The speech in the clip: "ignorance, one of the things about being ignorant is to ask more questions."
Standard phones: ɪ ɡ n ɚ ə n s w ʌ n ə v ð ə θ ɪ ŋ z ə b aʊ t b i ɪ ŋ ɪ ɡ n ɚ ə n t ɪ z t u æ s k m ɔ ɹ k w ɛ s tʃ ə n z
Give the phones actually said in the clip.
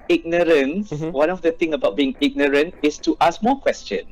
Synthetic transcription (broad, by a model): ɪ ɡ n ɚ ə n s w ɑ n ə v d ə t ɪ ŋ ə b aʊ t b i ɪ ŋ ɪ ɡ n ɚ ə n t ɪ s t u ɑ s k m ɔ k w ɛ s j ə n